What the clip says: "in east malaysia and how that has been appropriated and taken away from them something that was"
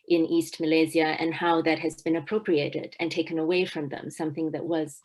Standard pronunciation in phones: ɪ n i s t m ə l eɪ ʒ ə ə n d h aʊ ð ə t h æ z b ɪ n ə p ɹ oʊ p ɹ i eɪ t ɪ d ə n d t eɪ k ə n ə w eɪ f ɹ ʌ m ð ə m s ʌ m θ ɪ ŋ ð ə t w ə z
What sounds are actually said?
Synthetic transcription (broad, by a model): ɪ n i s t m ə l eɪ z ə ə n h aʊ ð ə t h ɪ z b ɪ n ə p ɹ oʊ p ɹ i eɪ t ɪ d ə n t eɪ k ə n ə w eɪ f ɹ ʌ m ð ə m s ʌ m θ ɪ ŋ ð ə t w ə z